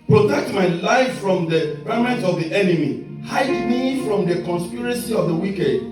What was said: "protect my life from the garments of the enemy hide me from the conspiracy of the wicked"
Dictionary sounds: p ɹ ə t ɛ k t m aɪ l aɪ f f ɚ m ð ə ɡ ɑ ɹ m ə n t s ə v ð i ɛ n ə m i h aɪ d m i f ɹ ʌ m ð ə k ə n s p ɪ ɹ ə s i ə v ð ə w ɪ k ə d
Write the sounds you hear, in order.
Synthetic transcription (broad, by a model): p ɹ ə t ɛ k t m aɪ l aɪ f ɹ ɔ m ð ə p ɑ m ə n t ə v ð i ɛ n ə m i h aɪ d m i f ɹ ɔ m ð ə k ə n s p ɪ ɹ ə s i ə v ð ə w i k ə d